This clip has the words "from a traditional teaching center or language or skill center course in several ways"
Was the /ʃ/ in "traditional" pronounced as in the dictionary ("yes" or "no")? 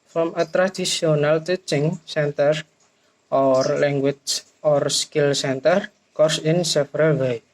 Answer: no